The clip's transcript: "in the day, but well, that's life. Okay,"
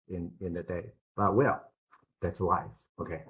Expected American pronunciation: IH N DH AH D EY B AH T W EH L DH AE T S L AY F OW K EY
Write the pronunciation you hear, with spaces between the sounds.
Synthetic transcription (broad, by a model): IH N DH AH D EY B AH T W EH L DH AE T S W AY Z OW K EY